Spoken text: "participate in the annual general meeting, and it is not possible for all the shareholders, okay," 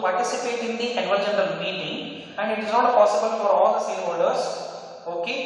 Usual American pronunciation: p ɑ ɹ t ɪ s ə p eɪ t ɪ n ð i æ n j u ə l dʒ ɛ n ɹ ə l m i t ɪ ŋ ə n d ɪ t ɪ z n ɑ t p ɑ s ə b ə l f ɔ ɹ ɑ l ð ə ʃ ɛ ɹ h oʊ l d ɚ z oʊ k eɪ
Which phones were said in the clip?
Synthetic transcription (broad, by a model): p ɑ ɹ t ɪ s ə p eɪ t ɪ n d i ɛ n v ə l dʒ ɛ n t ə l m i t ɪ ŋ ə n d ɪ t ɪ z n ɑ t p ɑ s ə b ə l f ɔ ɹ ɑ l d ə s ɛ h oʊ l d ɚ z oʊ k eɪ